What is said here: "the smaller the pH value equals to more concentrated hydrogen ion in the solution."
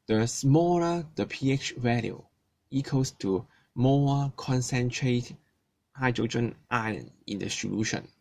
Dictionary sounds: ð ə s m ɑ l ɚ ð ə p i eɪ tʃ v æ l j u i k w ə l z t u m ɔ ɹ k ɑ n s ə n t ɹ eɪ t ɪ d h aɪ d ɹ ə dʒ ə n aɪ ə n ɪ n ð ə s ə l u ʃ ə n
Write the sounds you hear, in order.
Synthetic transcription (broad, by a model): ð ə s m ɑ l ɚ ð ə p i eɪ tʃ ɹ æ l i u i k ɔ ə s t u m ɔ l k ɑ n s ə n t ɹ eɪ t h aɪ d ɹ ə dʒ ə n aɪ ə n ɪ n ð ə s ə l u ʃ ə n